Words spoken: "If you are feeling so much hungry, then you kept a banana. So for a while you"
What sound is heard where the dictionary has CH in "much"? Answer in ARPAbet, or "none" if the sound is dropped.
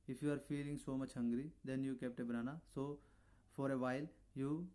CH